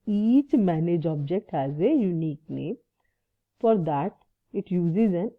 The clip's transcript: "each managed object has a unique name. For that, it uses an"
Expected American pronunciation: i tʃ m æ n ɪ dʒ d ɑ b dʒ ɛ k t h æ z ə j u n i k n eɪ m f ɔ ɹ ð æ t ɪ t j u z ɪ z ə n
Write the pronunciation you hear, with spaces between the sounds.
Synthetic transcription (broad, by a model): i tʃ m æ n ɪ dʒ ɑ b dʒ ɛ k t h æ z ə j u n i k n eɪ m f ɔ ɹ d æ t ɪ t j u z ɪ z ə n